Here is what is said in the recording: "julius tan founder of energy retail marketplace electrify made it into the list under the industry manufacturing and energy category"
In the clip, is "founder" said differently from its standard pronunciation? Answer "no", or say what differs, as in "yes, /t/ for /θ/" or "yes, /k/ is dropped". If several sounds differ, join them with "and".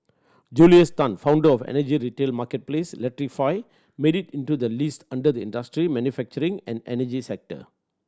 no